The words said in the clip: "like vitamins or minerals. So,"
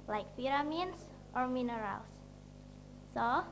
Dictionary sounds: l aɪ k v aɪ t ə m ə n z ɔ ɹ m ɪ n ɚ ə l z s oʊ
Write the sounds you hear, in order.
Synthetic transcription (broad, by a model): l aɪ k f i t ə m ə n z ɔ ɹ m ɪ n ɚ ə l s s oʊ